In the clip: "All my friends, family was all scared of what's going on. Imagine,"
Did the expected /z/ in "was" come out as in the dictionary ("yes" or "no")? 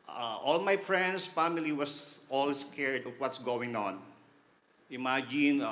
no